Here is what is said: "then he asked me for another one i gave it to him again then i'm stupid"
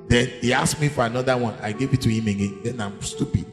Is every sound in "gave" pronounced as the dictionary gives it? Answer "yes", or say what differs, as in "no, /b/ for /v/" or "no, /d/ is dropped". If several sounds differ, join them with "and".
yes